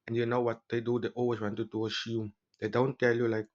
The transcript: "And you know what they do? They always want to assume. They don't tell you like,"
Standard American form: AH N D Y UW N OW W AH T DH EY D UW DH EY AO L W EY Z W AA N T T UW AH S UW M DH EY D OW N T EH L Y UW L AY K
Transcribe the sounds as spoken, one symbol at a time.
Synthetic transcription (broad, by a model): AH N Y UW N OW W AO T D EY D UW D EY AO L W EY S W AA N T T UW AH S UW M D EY D OW N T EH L Y UW L AY K